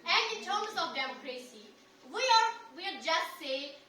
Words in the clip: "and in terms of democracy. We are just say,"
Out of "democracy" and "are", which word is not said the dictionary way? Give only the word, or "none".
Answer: are